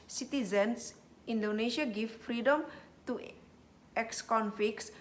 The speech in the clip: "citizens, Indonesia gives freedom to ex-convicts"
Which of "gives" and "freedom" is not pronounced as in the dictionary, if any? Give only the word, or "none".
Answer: gives